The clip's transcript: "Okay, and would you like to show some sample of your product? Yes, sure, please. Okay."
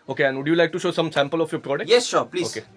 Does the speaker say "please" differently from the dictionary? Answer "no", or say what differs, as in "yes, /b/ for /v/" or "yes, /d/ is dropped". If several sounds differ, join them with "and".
yes, /z/ is dropped